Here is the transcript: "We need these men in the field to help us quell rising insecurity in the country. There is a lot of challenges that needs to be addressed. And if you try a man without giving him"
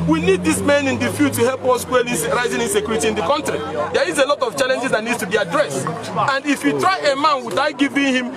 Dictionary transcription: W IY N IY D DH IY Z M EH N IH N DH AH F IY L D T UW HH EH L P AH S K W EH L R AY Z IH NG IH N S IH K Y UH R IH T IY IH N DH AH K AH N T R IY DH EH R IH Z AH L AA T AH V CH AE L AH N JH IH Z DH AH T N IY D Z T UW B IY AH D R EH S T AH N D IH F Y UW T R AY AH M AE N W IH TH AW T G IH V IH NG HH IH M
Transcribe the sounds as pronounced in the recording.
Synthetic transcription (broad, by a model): W IY N IY D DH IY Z M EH N IH N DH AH F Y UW T UW HH EH L P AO S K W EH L R AY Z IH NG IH N S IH K Y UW R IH T IY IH N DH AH K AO N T R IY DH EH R IH Z AH L AA T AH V CH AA L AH N JH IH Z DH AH T N IY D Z T UW B IY AH D R EH S T AH N D IH F Y UW T R AY AH M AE N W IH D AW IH G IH V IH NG HH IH M